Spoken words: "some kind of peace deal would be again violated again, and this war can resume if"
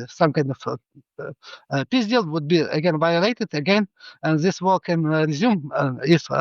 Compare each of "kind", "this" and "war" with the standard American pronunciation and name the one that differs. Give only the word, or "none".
war